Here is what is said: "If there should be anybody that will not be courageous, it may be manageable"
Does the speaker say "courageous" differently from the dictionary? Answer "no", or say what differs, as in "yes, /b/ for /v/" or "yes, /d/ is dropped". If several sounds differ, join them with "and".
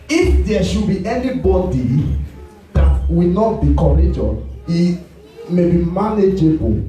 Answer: yes, /s/ is dropped